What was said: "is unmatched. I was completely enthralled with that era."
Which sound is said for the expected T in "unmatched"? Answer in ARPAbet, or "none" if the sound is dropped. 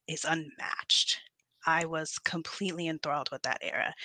T